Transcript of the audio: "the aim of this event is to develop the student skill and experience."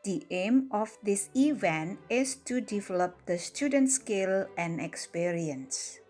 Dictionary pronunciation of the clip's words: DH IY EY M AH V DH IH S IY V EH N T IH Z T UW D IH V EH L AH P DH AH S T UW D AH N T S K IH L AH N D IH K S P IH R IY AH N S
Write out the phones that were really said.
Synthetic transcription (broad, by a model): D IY EY M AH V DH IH S IY V EH N T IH S T UW D IH V EH L AH P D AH S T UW D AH N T S K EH L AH N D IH K S P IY R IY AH N S